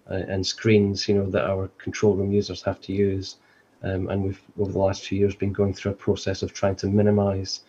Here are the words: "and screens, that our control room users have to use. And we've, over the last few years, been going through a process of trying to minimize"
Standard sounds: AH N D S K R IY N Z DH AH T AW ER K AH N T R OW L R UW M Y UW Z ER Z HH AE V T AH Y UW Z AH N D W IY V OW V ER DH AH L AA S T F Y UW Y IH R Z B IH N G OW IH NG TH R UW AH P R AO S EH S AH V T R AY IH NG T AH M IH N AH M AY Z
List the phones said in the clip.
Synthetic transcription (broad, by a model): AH N S K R IY N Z DH AH T AW ER K AH N T R OW L R UW M Y UW Z ER Z HH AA F T AH Y UW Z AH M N W IY V OW V ER DH AH L AA S T F Y UW Y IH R Z B IH N G OW IH NG TH R UW AH P R AO S EH S AH V T R AY IH NG T AH M IH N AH M AY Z